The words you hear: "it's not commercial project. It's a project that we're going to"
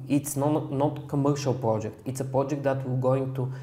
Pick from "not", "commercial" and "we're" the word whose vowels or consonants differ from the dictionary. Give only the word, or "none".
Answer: we're